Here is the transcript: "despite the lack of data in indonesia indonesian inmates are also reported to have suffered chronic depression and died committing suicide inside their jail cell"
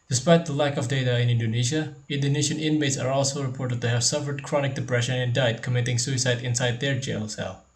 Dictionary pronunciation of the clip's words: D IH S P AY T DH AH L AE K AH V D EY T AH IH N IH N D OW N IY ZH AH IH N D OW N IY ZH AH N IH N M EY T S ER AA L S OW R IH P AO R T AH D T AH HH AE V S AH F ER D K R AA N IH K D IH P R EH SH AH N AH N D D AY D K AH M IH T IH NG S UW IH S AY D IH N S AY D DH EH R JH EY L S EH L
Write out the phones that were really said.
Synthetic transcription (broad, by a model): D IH S P AY T DH AH L AE K AH V D EY T AH IH N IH N D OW N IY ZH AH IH N D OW N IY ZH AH N IH N M EY T S ER AA L S OW R IH P AO R T AH D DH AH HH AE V S AH F ER D K R AA N IH K D IH P R EH SH AH N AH N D D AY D K AH M IH T IH NG S UW IH S AY D IH N S AY D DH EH R JH EY L S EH L